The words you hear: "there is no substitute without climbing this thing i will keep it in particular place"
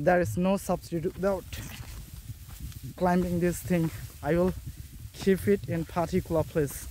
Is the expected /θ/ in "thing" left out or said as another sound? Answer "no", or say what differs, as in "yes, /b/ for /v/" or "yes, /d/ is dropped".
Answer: yes, /t/ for /θ/